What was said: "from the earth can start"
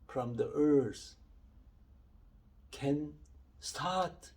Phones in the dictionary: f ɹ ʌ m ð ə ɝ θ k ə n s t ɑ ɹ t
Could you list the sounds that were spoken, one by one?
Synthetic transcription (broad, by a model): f ɹ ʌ m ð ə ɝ s k ə n s t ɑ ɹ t